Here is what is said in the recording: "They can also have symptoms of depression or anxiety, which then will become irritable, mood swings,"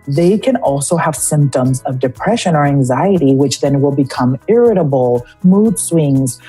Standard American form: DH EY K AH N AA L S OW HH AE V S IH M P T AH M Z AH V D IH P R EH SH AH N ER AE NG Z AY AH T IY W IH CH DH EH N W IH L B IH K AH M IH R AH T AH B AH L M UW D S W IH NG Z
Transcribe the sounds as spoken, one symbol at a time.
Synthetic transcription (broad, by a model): DH EY K AH N AA L S OW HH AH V S IH M P T AH M Z AH V D IH P R EH SH AH N ER AE NG Z AY AH T IY W IH CH DH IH N W IH L B IH K AH M IH R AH T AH B L M UW D S W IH NG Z